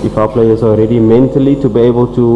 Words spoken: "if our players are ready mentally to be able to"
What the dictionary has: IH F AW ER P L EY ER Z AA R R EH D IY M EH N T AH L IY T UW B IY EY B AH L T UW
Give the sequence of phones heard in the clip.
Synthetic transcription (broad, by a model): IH F AW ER P L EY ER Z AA L R EH D IY M EH N T AH L IY T UW B IY EY B AH L T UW